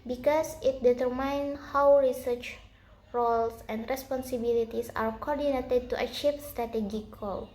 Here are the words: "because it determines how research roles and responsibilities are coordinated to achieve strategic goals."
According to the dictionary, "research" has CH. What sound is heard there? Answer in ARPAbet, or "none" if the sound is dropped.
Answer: CH